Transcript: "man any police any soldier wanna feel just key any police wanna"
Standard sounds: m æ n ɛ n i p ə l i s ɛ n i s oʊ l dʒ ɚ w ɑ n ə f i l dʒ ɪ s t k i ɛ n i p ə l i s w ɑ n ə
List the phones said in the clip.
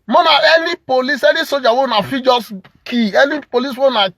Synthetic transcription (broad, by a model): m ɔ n ɛ n i p ə l i s ɛ n i s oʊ dʒ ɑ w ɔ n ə f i dʒ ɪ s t k i ɛ n i p ə l i s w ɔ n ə